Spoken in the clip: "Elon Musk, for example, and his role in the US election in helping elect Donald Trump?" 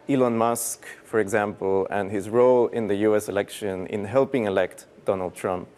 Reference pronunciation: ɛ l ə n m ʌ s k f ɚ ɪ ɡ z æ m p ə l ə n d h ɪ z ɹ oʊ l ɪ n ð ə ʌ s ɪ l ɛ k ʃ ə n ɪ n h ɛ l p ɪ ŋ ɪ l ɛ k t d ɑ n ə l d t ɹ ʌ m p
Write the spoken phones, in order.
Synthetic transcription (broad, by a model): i l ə n m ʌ s k f ɚ ɪ ɡ z æ m p ə l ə n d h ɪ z ɹ oʊ l ɪ n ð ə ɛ s ɪ l ɛ k ʃ ə n ɪ n h ɛ l p ɪ ŋ ɪ l ɛ k t d ɑ n ə l d t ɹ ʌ m p